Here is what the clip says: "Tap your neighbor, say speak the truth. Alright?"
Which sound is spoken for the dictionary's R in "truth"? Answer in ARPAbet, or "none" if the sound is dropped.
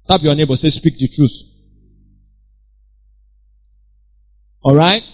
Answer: R